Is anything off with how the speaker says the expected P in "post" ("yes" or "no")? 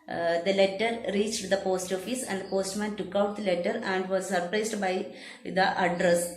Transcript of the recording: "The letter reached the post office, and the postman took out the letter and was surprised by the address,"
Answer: no